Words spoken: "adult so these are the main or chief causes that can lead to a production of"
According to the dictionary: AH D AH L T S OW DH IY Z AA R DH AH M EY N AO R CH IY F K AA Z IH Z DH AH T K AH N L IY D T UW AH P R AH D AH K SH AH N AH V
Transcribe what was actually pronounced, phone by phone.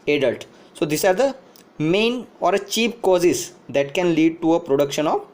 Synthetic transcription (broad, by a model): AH D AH L T S OW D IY S AA R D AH M EY N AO R CH IY P K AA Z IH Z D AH T K AH N L IY D T UW AH P R AH D AH K SH AH N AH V